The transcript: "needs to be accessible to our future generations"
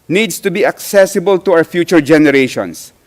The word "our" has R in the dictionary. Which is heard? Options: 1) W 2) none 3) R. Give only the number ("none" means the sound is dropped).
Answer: 1